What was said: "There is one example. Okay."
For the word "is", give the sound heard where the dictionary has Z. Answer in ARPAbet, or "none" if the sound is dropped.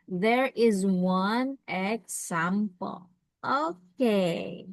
Z